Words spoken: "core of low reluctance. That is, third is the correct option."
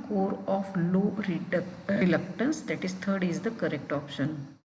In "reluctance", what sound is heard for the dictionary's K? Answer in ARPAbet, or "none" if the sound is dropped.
K